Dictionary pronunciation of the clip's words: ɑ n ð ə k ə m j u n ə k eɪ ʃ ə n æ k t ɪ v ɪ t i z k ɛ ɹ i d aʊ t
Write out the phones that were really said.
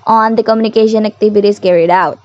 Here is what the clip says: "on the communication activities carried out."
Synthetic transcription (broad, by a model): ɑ n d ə k ə m j u n ə k eɪ ʃ ə n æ k t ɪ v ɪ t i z k ɛ ɹ i d aʊ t